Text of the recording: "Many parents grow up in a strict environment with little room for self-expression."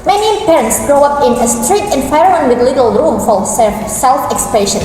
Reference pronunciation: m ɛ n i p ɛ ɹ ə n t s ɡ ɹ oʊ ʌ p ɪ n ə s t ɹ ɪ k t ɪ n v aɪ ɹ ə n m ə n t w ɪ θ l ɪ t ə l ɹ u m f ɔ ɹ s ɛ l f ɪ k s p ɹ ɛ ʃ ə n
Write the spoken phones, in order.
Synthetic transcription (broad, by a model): m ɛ n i p ɛ ɹ ə n t s ɡ ɹ oʊ ʌ p ɪ n ə s t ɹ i t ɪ n f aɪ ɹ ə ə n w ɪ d l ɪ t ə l ɹ u m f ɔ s s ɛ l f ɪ k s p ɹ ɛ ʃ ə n